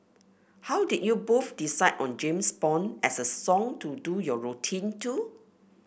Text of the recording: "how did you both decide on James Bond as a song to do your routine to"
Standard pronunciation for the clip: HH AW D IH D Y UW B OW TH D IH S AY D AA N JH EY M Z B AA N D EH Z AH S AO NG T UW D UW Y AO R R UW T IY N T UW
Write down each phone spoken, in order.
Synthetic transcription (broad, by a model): HH AW D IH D Y UW B OW F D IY S AY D AA N JH EY M S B AA N EH S AH S AO NG T UW D UW Y AO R R UW T IY N T UW